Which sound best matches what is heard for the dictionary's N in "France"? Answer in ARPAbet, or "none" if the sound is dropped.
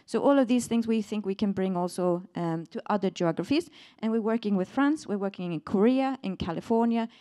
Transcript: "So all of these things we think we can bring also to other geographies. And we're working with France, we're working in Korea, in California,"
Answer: N